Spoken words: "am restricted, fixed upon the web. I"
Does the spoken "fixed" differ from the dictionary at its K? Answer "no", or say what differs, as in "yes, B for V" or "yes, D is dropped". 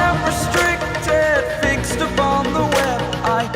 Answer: no